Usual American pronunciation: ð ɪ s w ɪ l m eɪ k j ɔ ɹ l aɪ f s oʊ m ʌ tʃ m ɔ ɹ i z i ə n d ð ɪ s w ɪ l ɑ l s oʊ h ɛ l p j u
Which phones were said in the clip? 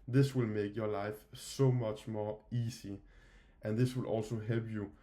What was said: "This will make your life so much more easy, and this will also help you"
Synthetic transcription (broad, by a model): ð ɪ s w ɪ l m eɪ k j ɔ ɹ l aɪ f s oʊ m ʌ tʃ m ɔ ɹ i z i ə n ð ɪ s w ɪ l ɑ l s oʊ h ɛ l p j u